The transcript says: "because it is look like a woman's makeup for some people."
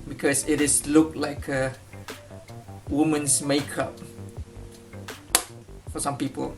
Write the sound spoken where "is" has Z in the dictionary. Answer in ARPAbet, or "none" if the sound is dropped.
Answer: S